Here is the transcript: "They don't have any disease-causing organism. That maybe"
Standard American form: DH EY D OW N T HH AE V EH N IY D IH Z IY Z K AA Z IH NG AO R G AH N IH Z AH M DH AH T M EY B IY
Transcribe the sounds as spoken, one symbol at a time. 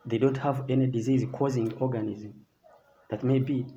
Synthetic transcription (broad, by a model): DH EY D OW N T HH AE V EH N IY D IH Z IY Z K AA Z IH NG AO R G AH N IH Z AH M DH AH T M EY B IY